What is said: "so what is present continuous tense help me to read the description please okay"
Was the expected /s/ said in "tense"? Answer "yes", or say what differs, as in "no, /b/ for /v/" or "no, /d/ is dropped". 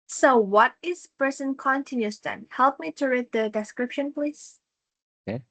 no, /s/ is dropped